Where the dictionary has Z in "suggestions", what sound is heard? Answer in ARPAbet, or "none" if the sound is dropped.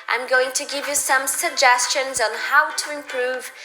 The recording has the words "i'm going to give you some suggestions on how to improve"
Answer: Z